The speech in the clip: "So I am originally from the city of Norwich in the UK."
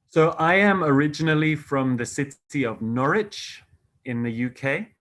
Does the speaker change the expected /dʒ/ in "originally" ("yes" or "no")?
no